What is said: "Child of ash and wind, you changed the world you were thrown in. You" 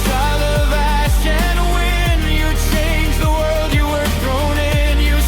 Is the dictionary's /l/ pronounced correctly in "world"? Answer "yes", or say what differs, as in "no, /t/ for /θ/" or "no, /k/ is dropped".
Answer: yes